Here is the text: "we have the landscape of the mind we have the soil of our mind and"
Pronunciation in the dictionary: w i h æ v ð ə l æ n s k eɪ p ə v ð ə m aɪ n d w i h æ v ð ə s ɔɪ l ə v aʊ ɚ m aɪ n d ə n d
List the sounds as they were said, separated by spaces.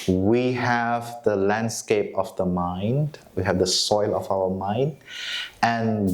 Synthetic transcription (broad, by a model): w i h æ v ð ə l æ n s k eɪ p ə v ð ə m aɪ n d w i h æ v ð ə s ɔɪ l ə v aʊ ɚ m aɪ n d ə n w